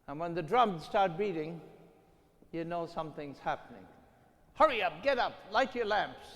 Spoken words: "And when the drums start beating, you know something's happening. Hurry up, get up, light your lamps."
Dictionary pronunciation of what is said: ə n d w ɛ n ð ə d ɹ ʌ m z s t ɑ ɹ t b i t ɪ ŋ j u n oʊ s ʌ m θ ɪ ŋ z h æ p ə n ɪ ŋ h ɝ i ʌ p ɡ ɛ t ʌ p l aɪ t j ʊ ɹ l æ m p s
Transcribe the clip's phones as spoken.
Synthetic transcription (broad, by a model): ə n w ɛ n ð ə d ɹ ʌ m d s t ɑ ɹ t b i t ɪ ŋ j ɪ n oʊ s ʌ m θ ɪ ŋ z h æ p ə n ɪ ŋ h ɝ i ʌ p ɡ ɛ t ʌ p l aɪ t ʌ ɹ l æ m p s